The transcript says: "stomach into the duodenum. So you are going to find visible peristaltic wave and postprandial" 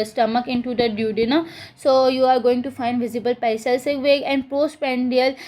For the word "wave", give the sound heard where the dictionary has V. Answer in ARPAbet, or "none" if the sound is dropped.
none